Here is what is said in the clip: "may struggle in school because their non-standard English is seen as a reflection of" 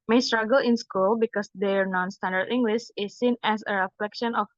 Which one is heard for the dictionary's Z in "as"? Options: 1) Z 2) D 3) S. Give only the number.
3